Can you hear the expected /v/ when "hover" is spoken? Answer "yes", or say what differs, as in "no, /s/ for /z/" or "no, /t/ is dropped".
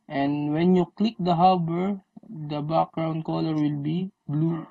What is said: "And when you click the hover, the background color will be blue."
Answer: no, /b/ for /v/